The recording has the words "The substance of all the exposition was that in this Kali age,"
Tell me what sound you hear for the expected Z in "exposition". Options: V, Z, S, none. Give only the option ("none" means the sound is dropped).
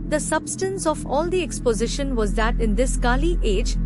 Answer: Z